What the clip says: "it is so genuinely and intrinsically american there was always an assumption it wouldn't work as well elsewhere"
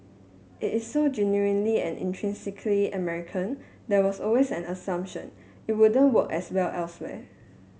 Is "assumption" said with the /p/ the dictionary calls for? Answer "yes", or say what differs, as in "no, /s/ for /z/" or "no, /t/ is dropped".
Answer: yes